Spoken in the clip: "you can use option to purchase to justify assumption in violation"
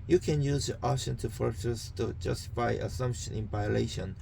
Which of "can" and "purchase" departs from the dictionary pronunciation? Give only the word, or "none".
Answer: purchase